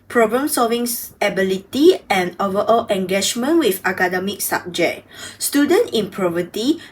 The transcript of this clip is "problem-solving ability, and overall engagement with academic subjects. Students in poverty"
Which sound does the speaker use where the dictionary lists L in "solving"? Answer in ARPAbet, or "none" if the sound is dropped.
L